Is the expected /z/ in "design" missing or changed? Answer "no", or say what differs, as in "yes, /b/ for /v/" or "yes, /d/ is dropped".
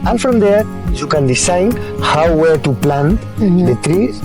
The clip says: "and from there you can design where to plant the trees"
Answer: yes, /s/ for /z/